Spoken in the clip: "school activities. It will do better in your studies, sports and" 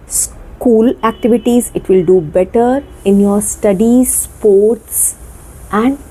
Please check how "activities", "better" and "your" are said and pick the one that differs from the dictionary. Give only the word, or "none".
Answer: none